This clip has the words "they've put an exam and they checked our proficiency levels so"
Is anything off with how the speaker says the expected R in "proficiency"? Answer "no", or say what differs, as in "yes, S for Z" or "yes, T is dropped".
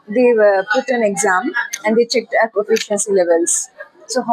yes, R is dropped